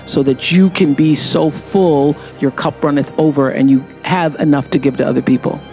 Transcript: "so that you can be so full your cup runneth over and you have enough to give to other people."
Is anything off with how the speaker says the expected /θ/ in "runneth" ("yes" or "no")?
no